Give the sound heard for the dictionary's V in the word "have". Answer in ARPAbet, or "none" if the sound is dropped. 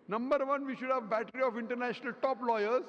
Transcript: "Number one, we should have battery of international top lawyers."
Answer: V